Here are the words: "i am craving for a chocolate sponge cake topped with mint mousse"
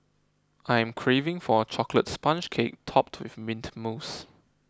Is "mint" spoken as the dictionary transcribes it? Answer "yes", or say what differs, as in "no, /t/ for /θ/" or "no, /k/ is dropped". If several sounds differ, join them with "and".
yes